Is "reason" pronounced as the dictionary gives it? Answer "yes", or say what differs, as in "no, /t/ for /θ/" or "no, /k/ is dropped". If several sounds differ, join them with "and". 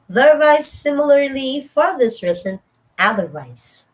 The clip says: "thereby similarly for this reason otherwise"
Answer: no, /s/ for /z/